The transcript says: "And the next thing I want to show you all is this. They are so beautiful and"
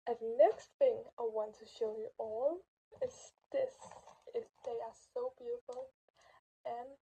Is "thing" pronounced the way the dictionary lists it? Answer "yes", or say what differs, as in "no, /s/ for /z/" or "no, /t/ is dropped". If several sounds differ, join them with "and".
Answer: yes